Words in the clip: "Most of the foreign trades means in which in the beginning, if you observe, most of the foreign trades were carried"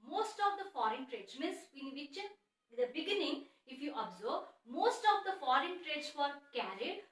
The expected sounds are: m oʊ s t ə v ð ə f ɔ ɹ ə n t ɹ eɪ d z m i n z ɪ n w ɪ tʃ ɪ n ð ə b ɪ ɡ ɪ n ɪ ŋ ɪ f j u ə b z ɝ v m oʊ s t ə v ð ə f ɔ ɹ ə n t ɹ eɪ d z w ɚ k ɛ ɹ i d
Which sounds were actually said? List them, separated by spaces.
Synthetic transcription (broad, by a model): m oʊ s t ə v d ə f ɔ ɹ ə n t ɹ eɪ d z m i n s ɪ n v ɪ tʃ ɪ n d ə b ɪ ɡ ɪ n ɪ ŋ ɪ f j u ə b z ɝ b m oʊ s t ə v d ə f ɔ ɹ ə n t ɹ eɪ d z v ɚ k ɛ ɹ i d